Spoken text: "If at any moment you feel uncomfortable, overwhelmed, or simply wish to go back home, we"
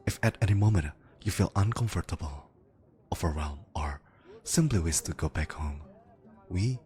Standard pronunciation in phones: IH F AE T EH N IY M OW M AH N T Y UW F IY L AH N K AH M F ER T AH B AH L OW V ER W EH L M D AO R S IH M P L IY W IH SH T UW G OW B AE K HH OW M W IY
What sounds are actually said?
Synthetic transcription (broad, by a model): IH F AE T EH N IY M OW M AH N T Y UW F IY L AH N K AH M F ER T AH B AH L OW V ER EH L M AO R S IH M P L IY W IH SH T UW G OW B AE K HH OW M W IY